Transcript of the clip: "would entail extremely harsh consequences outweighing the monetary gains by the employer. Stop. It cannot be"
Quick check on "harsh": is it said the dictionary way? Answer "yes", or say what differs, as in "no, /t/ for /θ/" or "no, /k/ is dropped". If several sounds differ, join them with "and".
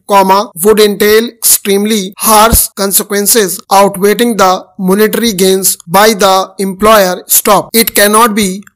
no, /s/ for /ʃ/